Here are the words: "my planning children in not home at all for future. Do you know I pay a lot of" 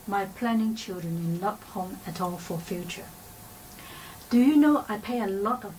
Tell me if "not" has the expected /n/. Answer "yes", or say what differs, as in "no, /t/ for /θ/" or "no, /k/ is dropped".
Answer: no, /l/ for /n/